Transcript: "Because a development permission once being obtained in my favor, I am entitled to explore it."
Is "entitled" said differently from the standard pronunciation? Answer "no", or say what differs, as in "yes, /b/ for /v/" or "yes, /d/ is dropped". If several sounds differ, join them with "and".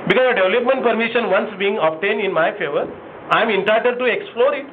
yes, /l/ is dropped